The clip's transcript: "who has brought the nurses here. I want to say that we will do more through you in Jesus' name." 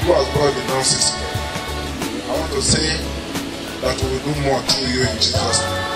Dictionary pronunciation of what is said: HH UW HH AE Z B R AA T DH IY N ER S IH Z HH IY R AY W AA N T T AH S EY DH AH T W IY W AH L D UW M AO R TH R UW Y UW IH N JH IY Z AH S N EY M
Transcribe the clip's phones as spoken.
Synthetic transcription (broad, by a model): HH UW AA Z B AA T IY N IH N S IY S AY W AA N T T AH S EY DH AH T W IY W AH L D UW M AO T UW Y UW IH N JH IY Z AH S N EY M